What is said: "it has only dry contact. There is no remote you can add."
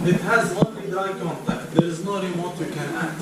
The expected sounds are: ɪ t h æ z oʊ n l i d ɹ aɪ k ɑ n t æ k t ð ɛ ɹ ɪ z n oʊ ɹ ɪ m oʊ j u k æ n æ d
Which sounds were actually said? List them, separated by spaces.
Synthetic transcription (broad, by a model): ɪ t h æ z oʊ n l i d aɪ k ɑ n t æ k t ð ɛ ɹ ɪ z n oʊ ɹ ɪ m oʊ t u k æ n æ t